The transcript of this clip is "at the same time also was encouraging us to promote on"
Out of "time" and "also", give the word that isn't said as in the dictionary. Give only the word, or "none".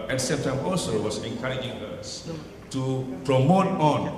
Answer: none